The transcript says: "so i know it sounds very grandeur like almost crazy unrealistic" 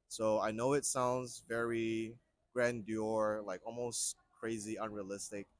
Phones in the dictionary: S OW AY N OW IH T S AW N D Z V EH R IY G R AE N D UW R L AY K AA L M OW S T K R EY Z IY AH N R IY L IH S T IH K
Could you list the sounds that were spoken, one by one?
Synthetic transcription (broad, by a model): S OW AY N OW IH T S AW N D Z V EH R IY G R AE N D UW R L AY K AA L M OW S T K R EY Z IY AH N R IY L IH S T IH K